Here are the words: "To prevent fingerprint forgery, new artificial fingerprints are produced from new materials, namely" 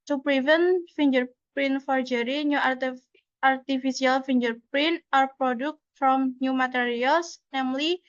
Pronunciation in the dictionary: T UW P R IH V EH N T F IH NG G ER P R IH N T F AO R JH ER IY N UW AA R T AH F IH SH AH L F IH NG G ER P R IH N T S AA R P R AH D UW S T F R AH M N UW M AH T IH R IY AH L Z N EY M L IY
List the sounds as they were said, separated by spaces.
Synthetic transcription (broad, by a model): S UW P R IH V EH N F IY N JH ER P R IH N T F AO R JH ER IY N UW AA R T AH F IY S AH L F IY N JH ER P R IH N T AA R P R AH D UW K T F R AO M N UW M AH T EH R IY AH L S N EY M L IY